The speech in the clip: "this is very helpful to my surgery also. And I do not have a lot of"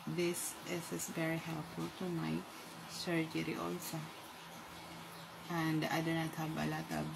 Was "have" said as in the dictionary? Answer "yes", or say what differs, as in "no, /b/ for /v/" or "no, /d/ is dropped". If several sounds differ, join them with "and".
no, /b/ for /v/